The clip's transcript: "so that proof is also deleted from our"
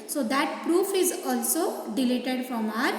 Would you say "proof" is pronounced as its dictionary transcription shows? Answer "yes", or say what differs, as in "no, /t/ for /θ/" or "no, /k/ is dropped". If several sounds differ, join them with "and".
yes